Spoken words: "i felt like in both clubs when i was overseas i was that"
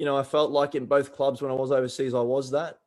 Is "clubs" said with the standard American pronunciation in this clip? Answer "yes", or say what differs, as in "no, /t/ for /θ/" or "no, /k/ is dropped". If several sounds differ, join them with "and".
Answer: yes